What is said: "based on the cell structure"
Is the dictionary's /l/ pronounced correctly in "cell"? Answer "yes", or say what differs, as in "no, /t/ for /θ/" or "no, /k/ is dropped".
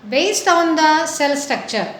yes